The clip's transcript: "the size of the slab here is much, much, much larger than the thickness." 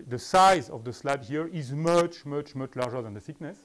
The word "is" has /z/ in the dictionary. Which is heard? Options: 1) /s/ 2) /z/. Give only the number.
2